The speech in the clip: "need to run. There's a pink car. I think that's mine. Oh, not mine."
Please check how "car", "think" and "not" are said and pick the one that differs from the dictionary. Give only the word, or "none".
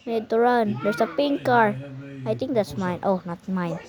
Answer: think